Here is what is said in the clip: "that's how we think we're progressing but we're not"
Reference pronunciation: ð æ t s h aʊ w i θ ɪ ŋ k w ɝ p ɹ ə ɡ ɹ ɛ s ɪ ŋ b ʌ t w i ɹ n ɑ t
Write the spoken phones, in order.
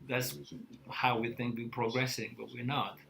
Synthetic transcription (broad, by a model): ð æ t s h aʊ w i θ ɪ ŋ k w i p ɹ ə ɡ ɹ ɛ s ɪ ŋ b ʌ t w i ɹ n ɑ t